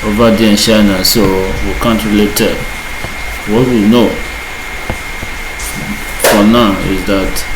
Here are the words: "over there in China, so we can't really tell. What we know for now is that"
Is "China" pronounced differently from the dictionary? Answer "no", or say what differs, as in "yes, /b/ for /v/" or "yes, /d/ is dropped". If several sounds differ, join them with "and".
yes, /ʃ/ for /tʃ/